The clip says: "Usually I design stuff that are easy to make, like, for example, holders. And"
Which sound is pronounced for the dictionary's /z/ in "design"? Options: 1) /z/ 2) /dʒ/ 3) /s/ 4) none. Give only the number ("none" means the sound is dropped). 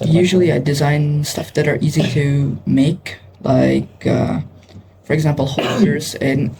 1